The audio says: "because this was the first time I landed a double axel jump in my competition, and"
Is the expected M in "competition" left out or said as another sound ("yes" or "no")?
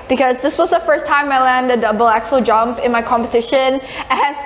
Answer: no